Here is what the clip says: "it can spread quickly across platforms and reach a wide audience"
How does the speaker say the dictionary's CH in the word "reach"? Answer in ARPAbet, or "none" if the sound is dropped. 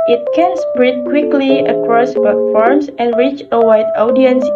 CH